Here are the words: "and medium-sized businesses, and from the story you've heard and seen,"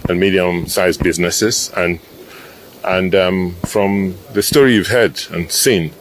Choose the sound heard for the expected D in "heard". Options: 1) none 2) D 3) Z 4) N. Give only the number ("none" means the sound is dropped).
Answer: 2